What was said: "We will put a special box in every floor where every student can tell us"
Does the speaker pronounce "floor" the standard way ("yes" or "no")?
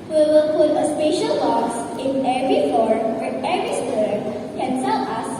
no